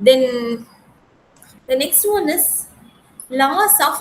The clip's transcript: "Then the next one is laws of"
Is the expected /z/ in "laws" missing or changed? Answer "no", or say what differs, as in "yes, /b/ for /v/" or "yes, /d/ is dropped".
yes, /s/ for /z/